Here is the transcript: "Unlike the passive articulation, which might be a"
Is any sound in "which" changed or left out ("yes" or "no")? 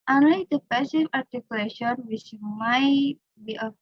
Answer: yes